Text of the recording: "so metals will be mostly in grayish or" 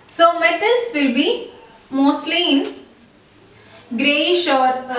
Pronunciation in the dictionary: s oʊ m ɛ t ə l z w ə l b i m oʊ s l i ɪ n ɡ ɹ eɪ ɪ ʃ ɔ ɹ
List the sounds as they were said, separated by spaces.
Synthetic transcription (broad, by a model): s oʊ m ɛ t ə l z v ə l b i m oʊ s l i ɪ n ɡ ɹ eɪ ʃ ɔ ɹ